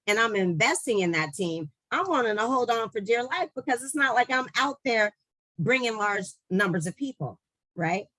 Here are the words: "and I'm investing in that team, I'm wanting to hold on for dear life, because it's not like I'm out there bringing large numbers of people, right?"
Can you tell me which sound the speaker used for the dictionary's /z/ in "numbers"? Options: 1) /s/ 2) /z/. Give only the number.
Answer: 2